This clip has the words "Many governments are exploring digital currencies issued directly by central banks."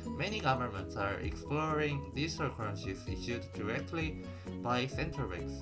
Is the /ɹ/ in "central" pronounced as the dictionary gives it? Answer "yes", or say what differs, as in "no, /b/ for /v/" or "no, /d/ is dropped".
no, /ɹ/ is dropped